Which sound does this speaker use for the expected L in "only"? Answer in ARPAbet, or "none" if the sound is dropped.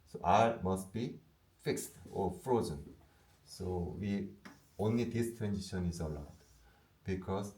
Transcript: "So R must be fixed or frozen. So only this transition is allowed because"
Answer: L